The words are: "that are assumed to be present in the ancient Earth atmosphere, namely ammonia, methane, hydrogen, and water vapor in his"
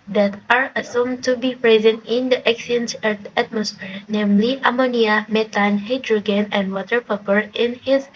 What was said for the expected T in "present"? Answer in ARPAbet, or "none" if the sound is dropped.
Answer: T